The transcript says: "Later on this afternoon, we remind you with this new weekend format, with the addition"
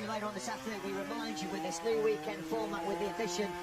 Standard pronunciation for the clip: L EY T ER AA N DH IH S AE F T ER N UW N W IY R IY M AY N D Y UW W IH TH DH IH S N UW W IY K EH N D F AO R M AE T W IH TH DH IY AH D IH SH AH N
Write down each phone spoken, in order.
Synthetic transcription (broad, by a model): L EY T ER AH N DH IH S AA T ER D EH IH W IY R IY M AY N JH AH W IH DH IH S N UW W IY K EH N D F AO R M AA T W IH DH IY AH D IH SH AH N